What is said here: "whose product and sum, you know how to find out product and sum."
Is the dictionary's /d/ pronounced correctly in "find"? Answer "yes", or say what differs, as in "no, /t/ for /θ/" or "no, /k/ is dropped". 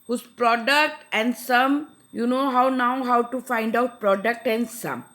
yes